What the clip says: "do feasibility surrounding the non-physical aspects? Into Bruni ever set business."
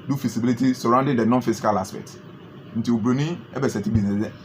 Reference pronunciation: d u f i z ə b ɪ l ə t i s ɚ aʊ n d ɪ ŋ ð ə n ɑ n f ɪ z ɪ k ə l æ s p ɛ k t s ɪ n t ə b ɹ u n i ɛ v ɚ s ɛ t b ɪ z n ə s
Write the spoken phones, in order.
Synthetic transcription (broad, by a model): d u f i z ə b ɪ l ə t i s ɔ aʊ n d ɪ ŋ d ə n ɑ n f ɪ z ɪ k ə l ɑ s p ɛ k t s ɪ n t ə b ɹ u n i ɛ b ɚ s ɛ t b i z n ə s